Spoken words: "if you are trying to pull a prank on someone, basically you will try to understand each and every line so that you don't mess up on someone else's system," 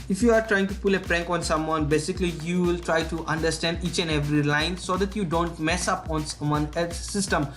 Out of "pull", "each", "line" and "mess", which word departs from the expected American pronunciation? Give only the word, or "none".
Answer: none